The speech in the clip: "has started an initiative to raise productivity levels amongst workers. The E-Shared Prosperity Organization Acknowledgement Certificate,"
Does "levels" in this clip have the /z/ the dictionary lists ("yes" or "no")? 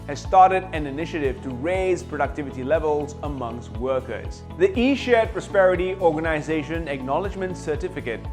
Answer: yes